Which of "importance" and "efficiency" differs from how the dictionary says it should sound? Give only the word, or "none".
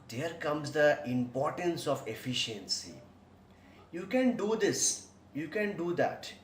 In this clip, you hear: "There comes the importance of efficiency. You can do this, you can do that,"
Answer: none